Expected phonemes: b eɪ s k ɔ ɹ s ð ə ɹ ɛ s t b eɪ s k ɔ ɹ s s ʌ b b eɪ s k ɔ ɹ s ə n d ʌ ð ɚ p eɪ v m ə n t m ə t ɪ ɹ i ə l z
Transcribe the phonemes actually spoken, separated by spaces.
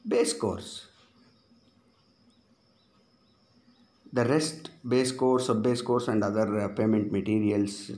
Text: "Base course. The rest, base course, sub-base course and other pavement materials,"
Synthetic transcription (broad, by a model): b eɪ s k ɔ ɹ s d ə ɹ ɛ s t b eɪ s k ɔ ɹ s s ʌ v b eɪ s k ɔ ɹ s ə n d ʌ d ɚ p eɪ m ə n t m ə t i ɹ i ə l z